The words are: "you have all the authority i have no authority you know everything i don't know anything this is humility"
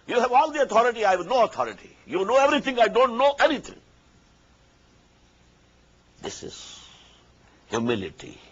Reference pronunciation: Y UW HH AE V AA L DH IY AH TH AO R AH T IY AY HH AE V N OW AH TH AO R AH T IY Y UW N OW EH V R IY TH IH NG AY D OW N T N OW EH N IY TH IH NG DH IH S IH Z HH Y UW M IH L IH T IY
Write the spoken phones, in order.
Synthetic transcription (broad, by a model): Y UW HH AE V AA L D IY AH T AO R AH T IY AY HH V N OW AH T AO R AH T IY Y UW N OW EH V R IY T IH NG AY D OW N T N OW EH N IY T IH NG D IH S IH Z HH Y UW M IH L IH T IY